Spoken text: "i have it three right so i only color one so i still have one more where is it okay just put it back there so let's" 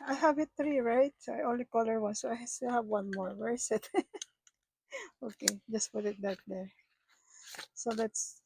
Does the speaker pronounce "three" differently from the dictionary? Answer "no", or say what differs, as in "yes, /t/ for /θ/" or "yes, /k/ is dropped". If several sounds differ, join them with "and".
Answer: yes, /t/ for /θ/